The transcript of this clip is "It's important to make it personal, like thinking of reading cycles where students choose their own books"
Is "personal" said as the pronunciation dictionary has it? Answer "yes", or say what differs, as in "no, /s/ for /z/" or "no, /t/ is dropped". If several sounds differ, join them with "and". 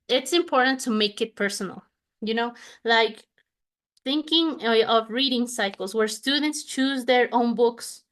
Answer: no, /n/ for /l/